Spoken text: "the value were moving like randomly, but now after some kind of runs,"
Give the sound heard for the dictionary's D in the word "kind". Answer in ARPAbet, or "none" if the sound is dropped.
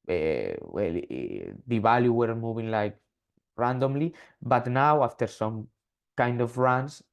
D